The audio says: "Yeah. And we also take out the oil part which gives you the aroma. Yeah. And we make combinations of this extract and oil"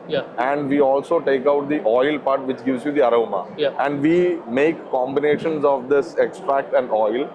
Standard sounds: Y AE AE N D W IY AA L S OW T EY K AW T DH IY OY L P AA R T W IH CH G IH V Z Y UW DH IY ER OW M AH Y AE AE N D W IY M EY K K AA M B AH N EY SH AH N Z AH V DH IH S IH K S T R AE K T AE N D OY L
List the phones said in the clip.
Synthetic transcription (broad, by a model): Y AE AE N D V IY AA L S OW T EY K AW T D IY OY L P AA R T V IH CH G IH V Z Y UW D IY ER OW M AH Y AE AE N D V IY M EY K K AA M B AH N EY SH AH N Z AH V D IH S IH K S T R AE K T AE N D OY L